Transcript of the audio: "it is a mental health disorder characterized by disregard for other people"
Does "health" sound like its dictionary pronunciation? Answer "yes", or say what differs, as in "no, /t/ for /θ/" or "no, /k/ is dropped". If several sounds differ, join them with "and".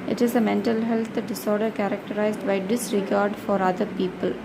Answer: no, /t/ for /θ/